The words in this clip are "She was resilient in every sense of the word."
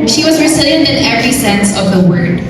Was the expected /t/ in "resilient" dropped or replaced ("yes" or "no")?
yes